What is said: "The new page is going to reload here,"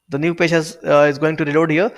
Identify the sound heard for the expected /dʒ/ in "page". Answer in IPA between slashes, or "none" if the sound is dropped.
/z/